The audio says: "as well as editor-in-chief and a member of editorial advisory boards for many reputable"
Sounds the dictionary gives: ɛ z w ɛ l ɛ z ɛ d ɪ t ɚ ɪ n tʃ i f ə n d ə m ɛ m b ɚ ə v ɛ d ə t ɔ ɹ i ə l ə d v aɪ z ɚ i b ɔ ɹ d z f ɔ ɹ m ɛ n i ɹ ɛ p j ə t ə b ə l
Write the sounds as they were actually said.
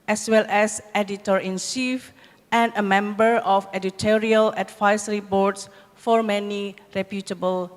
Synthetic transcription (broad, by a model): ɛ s w ɛ l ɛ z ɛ d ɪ t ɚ ɪ n s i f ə n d ə m ɛ m b ɚ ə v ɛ d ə t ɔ ɹ i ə l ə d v aɪ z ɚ i b ɔ ɹ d s f ɔ ɹ m ɛ n i ɹ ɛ p j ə t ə b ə l